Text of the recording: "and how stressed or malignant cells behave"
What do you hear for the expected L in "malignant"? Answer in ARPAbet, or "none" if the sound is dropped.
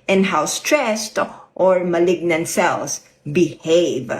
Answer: L